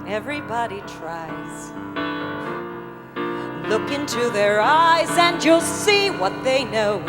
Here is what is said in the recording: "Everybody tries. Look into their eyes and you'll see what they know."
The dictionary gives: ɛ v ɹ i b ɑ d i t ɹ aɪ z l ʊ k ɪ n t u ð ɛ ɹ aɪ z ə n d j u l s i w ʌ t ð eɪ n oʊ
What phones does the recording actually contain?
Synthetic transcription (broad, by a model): ɛ v ɹ i b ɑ d i t ɹ aɪ z l ʊ k ɪ n t u ð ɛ ɹ aɪ z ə n j u l s i w ʌ t ð eɪ n oʊ